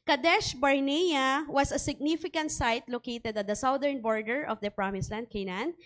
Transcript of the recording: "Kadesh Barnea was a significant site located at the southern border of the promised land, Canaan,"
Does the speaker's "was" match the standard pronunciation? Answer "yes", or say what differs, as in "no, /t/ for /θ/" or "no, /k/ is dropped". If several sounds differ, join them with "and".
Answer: no, /s/ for /z/